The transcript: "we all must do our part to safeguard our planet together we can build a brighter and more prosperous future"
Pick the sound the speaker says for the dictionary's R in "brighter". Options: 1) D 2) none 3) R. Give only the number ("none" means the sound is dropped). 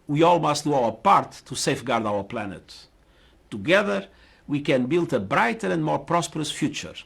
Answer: 3